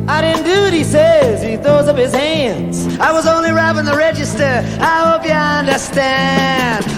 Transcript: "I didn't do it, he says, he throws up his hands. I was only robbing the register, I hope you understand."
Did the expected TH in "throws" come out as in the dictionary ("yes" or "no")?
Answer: yes